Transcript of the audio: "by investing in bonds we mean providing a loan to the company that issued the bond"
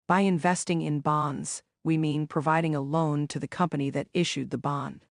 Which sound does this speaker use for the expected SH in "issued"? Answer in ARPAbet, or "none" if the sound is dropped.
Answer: SH